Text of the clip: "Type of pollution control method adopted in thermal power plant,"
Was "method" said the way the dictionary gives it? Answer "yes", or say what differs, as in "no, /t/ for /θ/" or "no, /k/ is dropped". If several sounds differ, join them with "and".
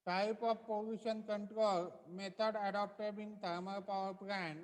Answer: no, /t/ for /θ/